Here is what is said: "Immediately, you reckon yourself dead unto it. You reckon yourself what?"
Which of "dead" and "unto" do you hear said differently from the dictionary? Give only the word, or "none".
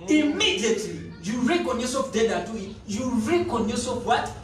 unto